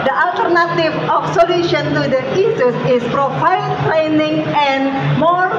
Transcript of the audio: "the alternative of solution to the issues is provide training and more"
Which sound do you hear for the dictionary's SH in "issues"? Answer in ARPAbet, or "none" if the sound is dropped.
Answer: S